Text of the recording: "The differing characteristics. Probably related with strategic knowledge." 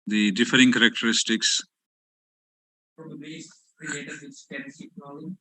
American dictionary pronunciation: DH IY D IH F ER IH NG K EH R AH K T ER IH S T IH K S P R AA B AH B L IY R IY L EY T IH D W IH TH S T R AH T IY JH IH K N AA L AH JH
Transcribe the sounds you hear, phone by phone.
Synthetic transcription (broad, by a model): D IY D IH F ER IH NG K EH R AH K T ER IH S T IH K S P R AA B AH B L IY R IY EY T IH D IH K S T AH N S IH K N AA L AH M